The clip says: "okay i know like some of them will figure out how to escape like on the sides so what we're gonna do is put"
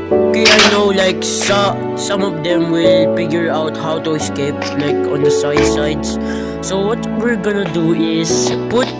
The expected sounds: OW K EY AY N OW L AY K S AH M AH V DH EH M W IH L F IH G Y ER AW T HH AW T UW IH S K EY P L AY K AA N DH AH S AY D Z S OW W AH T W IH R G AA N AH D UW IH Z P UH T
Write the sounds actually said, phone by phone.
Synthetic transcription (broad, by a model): OW K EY AY N OW L AY K S AH M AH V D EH M W IH L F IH G Y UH AW T HH AW T UW IH S K EY P L AY K AA N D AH S AY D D S OW W AH T W IH R G AA N AH D UW IH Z P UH T